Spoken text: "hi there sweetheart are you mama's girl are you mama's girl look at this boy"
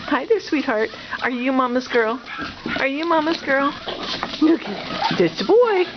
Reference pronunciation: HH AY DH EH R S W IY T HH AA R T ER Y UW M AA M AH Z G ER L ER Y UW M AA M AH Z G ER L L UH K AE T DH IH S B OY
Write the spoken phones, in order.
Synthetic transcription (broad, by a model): HH AY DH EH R S W IY T HH AA R T ER Y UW M AA M AH Z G ER L ER Y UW M AA M AH Z G ER L N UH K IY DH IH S B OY